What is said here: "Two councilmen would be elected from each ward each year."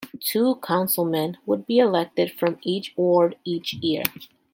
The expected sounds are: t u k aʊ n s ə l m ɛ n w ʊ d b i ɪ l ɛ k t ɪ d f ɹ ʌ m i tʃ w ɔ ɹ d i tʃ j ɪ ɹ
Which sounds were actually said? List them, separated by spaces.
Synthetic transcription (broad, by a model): t u k aʊ n s l m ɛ n w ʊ d b i ɪ l ɛ k t ɪ d f ɹ ʌ m i tʃ w ɔ ɹ d i tʃ j ɪ ɹ